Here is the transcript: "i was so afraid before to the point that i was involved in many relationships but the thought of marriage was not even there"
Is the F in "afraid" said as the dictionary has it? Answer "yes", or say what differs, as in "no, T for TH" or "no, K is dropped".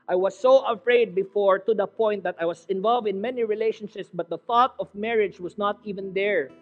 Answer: yes